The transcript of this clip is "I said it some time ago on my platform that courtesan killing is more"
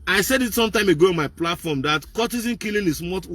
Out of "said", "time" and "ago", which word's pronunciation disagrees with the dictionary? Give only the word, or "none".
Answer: none